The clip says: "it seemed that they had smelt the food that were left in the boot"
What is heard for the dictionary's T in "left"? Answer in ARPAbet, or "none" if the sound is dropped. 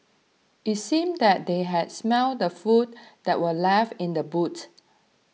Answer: none